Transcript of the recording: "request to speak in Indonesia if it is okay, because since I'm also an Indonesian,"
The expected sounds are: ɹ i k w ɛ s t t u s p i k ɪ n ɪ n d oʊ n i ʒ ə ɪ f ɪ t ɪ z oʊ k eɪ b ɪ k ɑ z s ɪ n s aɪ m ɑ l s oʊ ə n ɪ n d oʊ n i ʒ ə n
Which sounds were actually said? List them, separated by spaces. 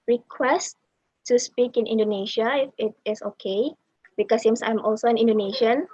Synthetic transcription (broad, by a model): ɹ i k w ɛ s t t u s p i k ɪ n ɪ n d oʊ n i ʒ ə ɪ f ɪ t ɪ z oʊ k eɪ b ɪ k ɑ s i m s aɪ m ɑ l s oʊ ə n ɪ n d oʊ n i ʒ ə n